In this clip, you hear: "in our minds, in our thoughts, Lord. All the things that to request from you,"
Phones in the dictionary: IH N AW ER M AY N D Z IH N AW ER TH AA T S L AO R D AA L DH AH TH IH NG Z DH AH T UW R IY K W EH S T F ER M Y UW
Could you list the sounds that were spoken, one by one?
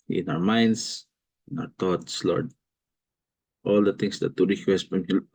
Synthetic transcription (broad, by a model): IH N AW ER M AY N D S IH N AW ER T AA T S L AO R D AA L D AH T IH NG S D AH T UW R IY K W EH S T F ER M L